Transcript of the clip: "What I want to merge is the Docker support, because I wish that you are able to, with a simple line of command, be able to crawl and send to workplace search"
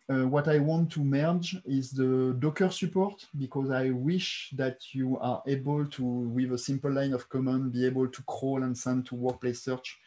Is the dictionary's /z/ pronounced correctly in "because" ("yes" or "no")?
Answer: yes